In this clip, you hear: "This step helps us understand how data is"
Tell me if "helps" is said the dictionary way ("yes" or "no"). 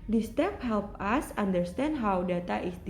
no